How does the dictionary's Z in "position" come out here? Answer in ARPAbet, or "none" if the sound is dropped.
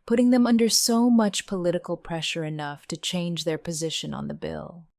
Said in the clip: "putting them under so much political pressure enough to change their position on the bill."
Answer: Z